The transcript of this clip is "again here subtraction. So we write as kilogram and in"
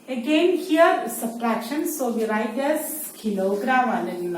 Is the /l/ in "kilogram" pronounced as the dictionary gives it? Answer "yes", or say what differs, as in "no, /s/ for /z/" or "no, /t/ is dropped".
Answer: no, /n/ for /l/